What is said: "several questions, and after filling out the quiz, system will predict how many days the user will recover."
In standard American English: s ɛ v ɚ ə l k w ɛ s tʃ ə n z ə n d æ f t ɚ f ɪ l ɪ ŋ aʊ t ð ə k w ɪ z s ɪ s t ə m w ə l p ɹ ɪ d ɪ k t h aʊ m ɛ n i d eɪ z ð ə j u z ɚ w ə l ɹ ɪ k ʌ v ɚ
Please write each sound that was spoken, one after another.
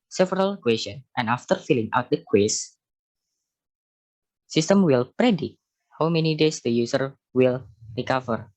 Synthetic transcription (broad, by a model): s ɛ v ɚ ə l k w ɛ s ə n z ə n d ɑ f t ɚ f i l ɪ ŋ aʊ t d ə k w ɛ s s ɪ s t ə m w ə l p ɹ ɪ d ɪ t h aʊ m ɛ n i d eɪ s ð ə j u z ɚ w ə l ɹ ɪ k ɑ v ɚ